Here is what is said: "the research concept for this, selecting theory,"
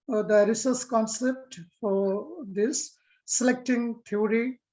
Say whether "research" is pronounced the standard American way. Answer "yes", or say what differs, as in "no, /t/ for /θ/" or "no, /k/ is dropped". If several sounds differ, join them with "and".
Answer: no, /s/ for /tʃ/